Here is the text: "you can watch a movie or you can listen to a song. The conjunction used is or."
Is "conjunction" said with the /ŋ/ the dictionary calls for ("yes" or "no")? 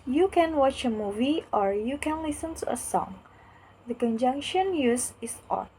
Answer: yes